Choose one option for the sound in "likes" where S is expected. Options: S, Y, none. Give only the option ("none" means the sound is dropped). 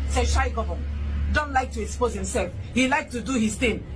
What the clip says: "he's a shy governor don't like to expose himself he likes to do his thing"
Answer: none